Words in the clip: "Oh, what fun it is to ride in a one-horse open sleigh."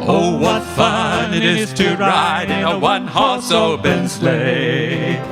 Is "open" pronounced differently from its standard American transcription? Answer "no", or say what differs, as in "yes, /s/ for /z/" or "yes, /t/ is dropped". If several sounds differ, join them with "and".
yes, /b/ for /p/